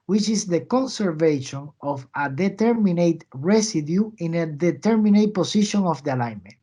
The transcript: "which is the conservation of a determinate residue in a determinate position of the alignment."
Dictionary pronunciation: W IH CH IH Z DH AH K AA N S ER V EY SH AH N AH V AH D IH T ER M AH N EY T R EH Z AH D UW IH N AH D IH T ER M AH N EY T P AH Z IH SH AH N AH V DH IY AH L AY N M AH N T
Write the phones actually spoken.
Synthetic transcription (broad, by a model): W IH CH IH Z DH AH K AA N S ER V EY SH AH N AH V AH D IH T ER M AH N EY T R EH S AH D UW IH N AH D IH T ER M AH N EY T P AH S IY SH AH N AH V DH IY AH L AY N M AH N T